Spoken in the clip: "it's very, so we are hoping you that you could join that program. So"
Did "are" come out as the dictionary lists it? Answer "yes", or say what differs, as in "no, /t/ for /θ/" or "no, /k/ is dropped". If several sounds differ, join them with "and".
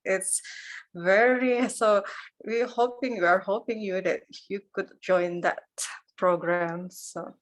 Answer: yes